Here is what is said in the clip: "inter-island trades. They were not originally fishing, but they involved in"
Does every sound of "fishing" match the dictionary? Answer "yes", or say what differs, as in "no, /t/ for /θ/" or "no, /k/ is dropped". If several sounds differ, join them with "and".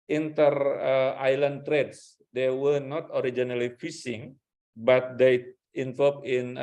no, /s/ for /ʃ/